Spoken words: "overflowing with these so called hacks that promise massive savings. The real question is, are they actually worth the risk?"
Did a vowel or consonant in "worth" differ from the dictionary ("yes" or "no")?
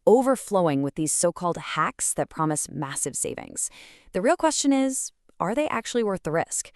no